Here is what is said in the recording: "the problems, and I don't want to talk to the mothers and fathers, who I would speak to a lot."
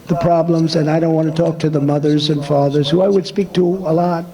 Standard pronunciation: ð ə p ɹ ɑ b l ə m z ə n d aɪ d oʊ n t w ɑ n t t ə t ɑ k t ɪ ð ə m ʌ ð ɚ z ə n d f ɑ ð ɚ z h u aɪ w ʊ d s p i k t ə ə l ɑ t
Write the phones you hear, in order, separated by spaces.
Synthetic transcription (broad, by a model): ð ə p ɹ ɑ b l ə m z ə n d aɪ d oʊ n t w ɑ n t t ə t ɑ k t ɪ ð ə m ʌ ð ɚ z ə n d f ɑ ð ɚ z h u aɪ w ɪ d s p i k t ə ə l ɑ t